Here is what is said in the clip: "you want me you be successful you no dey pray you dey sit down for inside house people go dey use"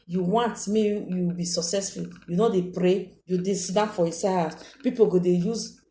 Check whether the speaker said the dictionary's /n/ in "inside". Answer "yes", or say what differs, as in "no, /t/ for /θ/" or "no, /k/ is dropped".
no, /n/ is dropped